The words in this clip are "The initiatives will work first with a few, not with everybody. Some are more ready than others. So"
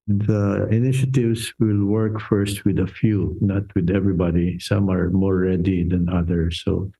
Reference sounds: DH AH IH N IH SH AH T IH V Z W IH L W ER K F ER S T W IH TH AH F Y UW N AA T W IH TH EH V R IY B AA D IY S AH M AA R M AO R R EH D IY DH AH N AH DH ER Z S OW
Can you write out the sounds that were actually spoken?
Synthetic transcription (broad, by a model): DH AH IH N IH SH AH T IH V S W IH L W ER K F ER S T W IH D AH F Y UW N AA T W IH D EH V R IY B AA D IY S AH M AA R M AO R R EH D IY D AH N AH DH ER S OW